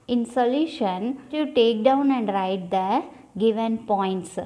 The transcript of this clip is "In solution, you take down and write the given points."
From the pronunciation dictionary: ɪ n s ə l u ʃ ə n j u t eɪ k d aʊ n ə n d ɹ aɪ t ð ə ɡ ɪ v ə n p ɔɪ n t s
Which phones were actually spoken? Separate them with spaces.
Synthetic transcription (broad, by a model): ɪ n s ə l u ʃ ə n j u t eɪ k d aʊ n ə n d ɹ aɪ t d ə ɡ ɪ v ə n p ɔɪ n t s